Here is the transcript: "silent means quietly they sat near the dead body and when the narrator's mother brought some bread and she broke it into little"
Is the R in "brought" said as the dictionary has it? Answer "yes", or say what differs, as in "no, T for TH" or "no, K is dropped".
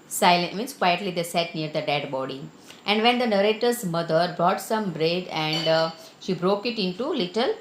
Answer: yes